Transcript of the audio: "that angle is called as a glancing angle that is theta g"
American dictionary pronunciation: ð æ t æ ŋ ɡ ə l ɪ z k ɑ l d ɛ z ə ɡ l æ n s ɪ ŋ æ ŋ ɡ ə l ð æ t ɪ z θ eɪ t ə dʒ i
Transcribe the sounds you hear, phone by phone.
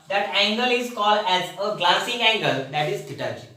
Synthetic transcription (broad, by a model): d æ t æ ŋ ɡ ə l ɪ z k ɑ l d ɛ z ə ɡ l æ s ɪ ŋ æ ŋ ɡ ə l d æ t ɪ z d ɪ t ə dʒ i